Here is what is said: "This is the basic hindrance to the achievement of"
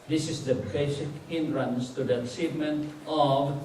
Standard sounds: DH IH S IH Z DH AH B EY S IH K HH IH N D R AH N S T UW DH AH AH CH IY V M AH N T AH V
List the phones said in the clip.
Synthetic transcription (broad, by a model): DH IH S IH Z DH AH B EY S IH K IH N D R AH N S T UW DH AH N S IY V M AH N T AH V